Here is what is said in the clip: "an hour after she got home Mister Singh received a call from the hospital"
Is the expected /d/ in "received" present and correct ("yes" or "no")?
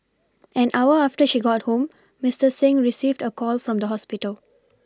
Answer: yes